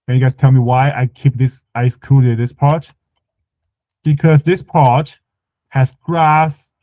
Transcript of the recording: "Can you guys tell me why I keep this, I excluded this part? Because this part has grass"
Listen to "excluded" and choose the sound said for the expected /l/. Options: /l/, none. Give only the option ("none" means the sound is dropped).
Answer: none